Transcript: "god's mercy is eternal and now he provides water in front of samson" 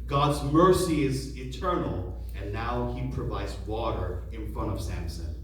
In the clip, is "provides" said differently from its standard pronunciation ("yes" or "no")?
no